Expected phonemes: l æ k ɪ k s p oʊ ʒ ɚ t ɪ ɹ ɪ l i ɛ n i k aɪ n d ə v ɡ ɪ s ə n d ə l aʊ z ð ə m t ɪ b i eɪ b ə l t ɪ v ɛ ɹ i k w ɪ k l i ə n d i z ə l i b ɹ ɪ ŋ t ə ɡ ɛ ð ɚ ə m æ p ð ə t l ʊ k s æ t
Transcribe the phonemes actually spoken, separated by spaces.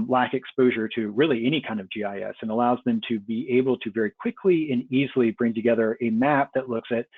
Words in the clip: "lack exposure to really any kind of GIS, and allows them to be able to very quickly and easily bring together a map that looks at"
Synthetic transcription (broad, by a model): l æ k ɪ k s p oʊ ʒ ɚ t ɪ ɹ ɪ l i ɛ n i k aɪ n d ə v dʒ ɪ s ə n ə l aʊ z ð ə m t ɪ b i eɪ b l t ɪ v ɛ ɹ i k w ɪ k l i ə n i z l i b ɹ ɪ ŋ t ə ɡ ɛ ð ɚ ə m æ p ð ə t l ʊ k s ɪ t